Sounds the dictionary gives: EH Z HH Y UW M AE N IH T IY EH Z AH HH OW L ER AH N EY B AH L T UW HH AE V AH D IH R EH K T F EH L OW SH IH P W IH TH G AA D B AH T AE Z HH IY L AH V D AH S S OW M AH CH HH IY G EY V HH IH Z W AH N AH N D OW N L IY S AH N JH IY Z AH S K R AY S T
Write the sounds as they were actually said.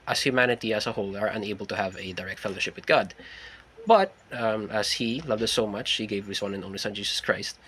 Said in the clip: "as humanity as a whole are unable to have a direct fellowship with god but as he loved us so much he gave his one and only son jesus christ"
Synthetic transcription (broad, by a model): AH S HH Y UW M AE N IH T IY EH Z AH HH OW L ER AH N EY B AH L T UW HH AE V AH D IH R EH K T F EH L OW SH IH P W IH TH G AA D B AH T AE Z HH IY L AH V D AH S S OW M AH CH HH IY G EY V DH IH S W AH N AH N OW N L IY S AH N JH IY S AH S K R AY S T